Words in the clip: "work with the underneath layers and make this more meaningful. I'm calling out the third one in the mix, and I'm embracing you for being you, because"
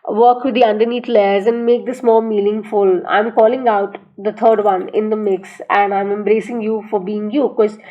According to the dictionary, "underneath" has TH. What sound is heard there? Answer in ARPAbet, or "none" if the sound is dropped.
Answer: T